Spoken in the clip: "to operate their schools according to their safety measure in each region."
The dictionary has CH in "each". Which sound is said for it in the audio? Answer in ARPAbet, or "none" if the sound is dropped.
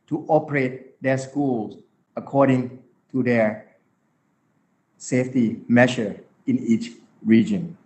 CH